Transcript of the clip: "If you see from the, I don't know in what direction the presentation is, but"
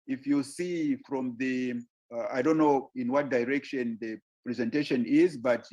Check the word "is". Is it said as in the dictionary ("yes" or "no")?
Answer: yes